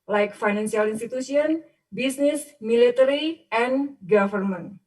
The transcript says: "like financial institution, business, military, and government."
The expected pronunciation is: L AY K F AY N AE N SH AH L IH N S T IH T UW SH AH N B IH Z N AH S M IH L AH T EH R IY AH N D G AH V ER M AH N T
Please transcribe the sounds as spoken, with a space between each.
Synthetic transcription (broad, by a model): L AY K F AY N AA N S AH L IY N S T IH T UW S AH N B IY S N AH S M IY L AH T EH R IY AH N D G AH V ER M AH N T